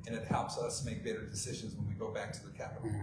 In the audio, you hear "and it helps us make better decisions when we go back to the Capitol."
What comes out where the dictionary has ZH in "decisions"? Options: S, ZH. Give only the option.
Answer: ZH